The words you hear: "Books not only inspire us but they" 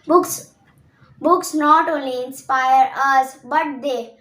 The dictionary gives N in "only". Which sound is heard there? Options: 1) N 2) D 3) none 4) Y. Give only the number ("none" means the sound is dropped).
3